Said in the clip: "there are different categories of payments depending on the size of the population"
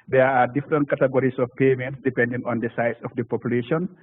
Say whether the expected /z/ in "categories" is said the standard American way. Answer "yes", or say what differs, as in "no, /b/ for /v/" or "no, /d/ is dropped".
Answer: no, /s/ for /z/